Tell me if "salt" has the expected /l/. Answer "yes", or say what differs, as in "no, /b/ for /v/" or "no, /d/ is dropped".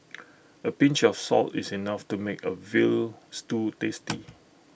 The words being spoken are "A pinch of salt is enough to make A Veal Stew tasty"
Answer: yes